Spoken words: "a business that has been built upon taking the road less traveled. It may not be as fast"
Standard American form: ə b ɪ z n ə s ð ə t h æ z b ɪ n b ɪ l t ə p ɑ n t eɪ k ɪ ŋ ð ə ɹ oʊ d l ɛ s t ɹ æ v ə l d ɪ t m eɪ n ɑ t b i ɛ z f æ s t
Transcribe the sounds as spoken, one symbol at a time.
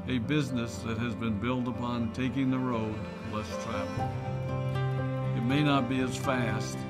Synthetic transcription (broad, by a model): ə b ɪ z n ə s ð ə t h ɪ z b ɪ n b ɪ l t ə p ɑ n t eɪ k ɪ ŋ ð ə ɹ oʊ d l ɛ s t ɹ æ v l ɪ t m eɪ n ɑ t b i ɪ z f æ s t